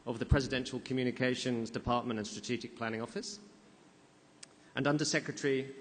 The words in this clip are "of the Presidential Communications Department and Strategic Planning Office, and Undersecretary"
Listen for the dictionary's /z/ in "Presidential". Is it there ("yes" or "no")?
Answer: yes